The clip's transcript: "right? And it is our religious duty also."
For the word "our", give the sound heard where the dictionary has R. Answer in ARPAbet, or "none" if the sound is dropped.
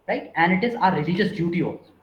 R